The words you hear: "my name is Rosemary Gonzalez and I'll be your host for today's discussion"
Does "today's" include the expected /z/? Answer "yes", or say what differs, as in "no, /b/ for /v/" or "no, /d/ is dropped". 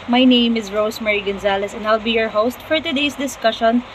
no, /s/ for /z/